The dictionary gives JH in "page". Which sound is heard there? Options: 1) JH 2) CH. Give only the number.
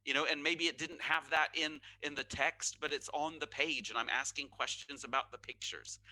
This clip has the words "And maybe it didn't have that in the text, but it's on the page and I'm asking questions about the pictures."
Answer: 1